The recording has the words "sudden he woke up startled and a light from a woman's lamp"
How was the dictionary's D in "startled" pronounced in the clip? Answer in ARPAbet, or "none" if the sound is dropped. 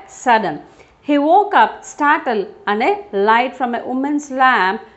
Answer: none